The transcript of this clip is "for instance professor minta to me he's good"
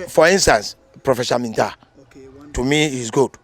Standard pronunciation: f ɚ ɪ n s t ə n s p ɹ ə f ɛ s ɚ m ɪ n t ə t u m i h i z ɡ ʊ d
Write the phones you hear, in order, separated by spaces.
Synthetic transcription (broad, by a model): f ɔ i n s t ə n s p ɹ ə f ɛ ʃ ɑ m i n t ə t u m i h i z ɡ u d